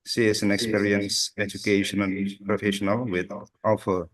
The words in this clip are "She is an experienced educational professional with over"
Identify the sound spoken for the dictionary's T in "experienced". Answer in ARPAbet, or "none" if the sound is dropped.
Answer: none